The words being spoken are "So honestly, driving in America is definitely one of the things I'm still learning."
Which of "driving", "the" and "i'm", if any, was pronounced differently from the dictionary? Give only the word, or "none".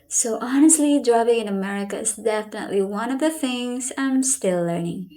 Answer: driving